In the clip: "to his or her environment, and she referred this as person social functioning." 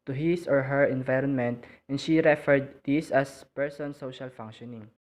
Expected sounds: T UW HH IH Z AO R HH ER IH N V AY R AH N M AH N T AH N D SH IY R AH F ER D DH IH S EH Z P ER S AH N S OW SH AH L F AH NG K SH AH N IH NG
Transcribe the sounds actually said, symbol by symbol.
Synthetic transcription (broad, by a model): T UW HH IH S AO R HH ER IH N V AY R AH N M AH N T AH N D SH IY R AH F ER D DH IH S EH S P ER S AH N S OW SH AH L F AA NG K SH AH N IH NG